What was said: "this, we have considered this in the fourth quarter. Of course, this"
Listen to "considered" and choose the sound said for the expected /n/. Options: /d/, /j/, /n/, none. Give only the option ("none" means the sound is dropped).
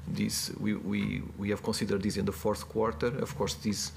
none